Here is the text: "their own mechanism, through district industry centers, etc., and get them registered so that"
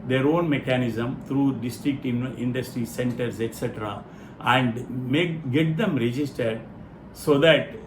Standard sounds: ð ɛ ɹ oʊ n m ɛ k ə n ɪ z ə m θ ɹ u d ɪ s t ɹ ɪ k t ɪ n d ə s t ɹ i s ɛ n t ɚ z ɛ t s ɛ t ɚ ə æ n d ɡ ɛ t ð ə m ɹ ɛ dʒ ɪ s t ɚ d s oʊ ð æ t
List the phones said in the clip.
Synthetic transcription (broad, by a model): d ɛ ɹ oʊ n m ɛ k ə n ɪ z ə m t ɹ u d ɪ s t ɹ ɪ k t ɪ n d ə s t ɹ i s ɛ n t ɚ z ɛ t s ɛ t ɚ ə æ n d ɡ ɛ t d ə m ɹ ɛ dʒ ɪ s t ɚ d s oʊ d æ t